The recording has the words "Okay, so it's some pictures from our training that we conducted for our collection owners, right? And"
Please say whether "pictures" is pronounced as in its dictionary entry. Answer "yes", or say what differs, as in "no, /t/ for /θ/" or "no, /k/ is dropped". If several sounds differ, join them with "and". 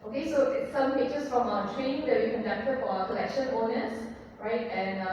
no, /k/ is dropped and /s/ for /z/